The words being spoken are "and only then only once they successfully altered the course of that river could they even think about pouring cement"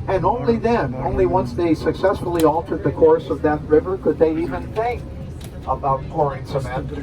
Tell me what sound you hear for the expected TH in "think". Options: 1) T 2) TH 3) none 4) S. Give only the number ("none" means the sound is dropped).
2